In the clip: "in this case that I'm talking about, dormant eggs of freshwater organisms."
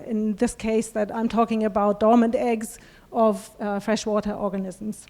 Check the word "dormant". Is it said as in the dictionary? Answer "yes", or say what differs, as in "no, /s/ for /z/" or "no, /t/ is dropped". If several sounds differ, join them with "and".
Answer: yes